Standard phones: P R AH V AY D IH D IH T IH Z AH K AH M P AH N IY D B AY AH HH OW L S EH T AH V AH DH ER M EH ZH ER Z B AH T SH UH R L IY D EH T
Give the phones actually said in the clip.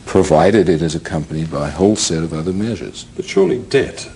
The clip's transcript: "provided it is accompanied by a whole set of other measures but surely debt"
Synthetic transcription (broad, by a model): P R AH V AY D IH D IH T IH Z AH K AH M P AH N IY D B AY AH HH OW L S EH T AH V AH DH ER M EH ZH ER Z B AH T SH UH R L IY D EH T